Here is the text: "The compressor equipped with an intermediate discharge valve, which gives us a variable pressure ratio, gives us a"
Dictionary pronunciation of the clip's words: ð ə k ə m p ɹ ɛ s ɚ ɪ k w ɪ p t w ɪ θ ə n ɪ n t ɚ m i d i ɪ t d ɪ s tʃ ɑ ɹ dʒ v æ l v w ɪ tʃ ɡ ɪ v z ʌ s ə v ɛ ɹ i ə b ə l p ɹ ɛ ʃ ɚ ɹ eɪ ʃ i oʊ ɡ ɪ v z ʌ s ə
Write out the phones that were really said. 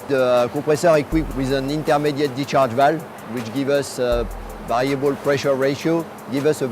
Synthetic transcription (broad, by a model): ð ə k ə p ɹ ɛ s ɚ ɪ k w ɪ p w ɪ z ə n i n t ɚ m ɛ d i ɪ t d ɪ tʃ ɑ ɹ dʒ v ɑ l w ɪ tʃ ɡ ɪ v ʌ s ə v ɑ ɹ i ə b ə l p ɹ ɛ ʃ ɚ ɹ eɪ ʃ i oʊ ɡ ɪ v ʌ s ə